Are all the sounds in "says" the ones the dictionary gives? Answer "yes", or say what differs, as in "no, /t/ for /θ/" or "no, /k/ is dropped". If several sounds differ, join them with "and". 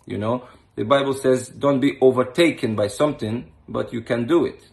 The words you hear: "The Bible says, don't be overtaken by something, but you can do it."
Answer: yes